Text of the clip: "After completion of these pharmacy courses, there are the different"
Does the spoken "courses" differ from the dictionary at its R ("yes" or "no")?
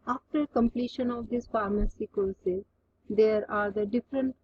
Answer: yes